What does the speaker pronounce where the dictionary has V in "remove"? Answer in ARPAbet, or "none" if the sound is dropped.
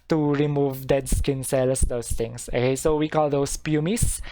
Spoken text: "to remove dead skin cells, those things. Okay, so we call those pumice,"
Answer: V